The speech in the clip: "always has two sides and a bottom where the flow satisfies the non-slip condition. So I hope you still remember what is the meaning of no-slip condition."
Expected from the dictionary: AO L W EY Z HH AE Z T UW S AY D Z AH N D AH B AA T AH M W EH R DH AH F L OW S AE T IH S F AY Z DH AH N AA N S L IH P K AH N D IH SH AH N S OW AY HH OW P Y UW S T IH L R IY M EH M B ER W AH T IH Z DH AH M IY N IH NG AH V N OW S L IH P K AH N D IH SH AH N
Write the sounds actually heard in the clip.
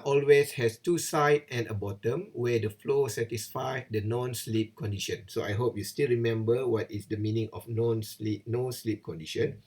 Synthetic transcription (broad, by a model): AO L W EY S HH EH S T UW S AY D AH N AH B AA T AH M W EH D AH F L OW S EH T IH S F AY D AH N AA N S L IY P K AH N D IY SH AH N S OW AY HH OW P Y UW S T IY L R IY M EH M B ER W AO T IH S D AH M IY N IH NG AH P N OW S L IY P K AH N D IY SH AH N